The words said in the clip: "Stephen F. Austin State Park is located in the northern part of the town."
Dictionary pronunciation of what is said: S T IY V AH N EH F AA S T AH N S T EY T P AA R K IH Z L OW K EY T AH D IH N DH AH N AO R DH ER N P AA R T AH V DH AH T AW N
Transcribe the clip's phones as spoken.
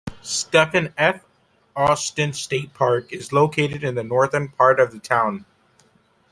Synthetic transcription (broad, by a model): S T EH F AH N EH F AA S T AH N S T EY T P AA R K IH Z L OW K EY T AH D IH N DH AH N AO R DH ER N P AA R T AH V DH AH T AW N